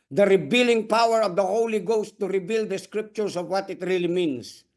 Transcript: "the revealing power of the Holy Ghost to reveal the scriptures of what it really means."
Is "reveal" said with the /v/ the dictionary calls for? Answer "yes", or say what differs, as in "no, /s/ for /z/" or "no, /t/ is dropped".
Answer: no, /b/ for /v/